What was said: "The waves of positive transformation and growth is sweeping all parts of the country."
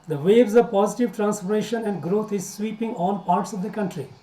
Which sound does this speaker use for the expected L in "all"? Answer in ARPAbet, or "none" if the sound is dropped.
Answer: N